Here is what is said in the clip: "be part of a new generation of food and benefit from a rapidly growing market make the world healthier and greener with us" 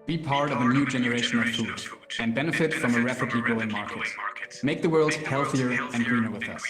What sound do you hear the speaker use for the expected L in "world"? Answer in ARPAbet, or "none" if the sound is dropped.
L